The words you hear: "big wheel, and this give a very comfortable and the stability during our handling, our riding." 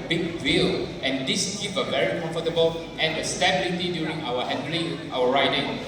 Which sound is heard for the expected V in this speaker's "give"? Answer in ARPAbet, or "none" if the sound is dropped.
P